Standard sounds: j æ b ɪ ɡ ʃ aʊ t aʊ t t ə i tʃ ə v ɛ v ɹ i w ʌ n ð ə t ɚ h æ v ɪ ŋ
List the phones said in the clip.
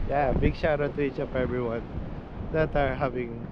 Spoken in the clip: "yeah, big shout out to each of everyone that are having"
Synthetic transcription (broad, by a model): j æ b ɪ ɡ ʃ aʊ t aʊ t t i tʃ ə p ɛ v ɹ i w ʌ n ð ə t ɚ h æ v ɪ ŋ